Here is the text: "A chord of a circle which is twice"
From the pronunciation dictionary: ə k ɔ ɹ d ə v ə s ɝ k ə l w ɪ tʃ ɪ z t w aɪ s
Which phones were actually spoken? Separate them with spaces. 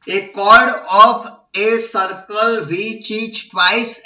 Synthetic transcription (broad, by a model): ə k ɔ ɹ d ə p ə s ɝ k ə l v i tʃ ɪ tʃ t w aɪ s